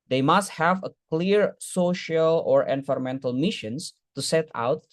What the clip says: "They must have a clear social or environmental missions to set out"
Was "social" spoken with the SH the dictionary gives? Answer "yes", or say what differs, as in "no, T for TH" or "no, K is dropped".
yes